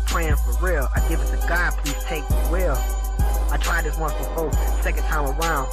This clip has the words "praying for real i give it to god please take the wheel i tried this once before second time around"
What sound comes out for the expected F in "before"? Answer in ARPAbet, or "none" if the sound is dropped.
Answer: none